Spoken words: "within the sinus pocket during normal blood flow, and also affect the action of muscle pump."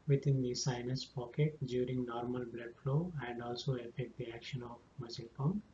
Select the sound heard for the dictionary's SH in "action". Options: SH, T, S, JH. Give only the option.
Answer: SH